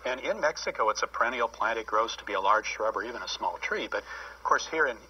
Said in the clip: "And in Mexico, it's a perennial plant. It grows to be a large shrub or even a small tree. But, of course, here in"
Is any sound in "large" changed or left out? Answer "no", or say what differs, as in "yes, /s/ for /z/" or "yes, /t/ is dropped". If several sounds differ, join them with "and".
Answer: no